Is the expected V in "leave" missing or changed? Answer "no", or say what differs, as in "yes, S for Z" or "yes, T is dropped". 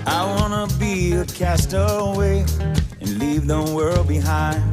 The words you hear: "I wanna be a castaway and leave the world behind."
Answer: no